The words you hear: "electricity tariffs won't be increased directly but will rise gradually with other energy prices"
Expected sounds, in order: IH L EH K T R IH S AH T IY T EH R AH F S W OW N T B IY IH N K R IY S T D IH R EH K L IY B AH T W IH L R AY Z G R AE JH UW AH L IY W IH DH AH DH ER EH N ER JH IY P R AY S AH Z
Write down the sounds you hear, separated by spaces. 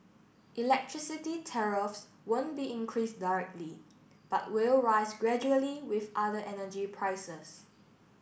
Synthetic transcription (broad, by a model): IH L EH K T R IH S AH T IY T EH R AH F S W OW N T B IY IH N K R IY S D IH R EH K L IY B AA T W IH L R AY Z G R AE JH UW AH L IY W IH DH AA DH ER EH N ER JH IY P R AY S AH S